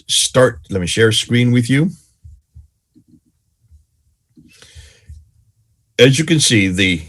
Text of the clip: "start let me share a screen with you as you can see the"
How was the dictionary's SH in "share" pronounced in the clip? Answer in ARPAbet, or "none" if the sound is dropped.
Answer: SH